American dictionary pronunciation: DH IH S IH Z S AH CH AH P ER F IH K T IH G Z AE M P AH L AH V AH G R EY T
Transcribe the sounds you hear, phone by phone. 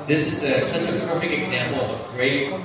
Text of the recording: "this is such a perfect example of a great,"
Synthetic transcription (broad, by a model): DH IH S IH Z S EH S AH P ER F IH K T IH G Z AE M P L AH V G R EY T